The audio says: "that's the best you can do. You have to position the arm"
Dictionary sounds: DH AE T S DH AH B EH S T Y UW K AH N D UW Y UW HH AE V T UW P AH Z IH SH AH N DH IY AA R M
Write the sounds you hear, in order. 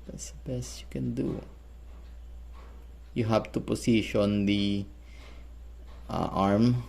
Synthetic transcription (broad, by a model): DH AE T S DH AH B EH S T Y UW K AH N D UW Y UW HH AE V T UW P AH S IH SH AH N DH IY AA R M